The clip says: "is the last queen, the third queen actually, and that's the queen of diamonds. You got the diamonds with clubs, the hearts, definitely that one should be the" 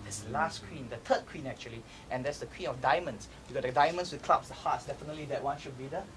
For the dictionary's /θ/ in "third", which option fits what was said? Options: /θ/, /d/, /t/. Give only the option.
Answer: /t/